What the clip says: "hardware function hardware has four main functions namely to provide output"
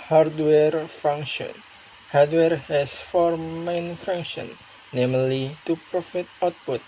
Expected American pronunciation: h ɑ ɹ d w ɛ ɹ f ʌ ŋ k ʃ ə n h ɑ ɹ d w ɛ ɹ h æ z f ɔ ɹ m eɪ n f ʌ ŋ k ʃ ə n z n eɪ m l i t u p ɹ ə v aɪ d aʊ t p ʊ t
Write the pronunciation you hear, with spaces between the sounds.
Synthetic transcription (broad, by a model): h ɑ ɹ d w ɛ ɹ f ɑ ŋ k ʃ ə n h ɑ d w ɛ ɹ h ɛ s f ɔ ɹ m eɪ n f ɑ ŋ k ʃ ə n n eɪ m l i t u p ɹ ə f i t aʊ t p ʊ t